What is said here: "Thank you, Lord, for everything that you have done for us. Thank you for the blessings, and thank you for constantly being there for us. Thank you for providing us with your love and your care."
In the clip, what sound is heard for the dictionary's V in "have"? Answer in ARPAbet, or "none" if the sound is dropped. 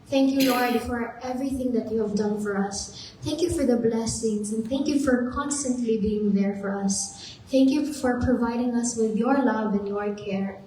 V